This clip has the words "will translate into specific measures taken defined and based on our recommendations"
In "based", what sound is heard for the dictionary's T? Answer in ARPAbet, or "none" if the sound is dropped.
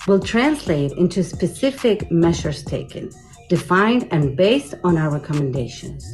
T